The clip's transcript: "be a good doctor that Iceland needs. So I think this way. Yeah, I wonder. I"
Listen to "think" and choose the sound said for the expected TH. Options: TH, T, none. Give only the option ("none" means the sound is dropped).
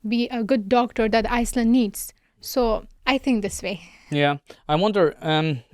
T